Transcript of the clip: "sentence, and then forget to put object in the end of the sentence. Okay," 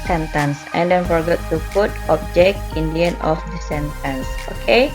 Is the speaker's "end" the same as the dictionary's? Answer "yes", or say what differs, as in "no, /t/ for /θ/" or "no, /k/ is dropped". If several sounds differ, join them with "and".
no, /d/ is dropped